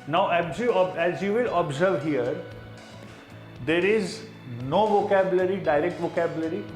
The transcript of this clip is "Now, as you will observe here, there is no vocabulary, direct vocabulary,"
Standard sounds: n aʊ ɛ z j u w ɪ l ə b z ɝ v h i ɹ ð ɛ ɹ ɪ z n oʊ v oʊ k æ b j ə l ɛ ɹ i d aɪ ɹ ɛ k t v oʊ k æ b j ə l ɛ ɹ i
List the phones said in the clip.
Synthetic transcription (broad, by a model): n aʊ ɛ z j u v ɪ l ə b z ɝ v h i ɹ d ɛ ɹ ɪ z n oʊ v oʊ k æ b j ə l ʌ ɹ i d aɪ ɹ ɛ k t v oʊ k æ b j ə l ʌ ɹ i